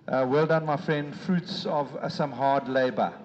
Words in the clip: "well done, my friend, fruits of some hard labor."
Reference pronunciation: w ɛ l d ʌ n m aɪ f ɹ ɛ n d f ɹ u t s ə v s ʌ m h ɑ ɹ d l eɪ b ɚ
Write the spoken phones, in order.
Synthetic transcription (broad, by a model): w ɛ l d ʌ n m aɪ f ɹ ɛ n d f ɹ u t s ə v s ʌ m h ɑ d l eɪ b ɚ